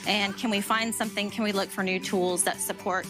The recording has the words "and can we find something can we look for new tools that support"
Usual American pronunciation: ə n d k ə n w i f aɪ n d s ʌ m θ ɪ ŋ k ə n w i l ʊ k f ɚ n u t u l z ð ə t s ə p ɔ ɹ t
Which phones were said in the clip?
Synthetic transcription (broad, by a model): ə n k ə n w i f aɪ n d s ʌ m θ ɪ ŋ k ə n w i l ʊ k f ɚ n u t u l z ð ə t s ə p ɔ ɹ t